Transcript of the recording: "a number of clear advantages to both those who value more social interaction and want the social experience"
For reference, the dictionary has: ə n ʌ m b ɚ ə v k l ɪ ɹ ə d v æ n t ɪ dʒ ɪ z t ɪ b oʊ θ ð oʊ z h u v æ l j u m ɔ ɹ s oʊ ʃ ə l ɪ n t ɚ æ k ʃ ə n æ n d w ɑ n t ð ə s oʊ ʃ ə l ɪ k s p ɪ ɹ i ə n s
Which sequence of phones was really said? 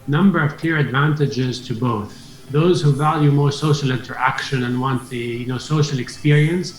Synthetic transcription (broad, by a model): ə n ʌ m b ɚ ə v k l ɪ ɹ ə d v æ n t ɪ dʒ ɪ z t ɪ b oʊ θ ð oʊ z h u v æ l j u m ɔ ɹ s oʊ ʃ ə l ɪ n t ɚ æ k ʃ ə n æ n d w ɑ n t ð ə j oʊ s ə l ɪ k s p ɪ ɹ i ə n s